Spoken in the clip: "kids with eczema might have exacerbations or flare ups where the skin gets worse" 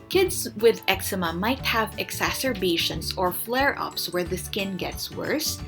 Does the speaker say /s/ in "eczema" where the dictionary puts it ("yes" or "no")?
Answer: yes